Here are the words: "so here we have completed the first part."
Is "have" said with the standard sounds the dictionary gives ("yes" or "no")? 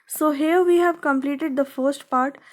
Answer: yes